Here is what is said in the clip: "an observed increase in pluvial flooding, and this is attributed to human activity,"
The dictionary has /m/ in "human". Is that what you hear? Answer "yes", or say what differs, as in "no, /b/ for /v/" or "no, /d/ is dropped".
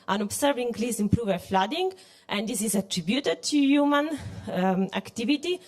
yes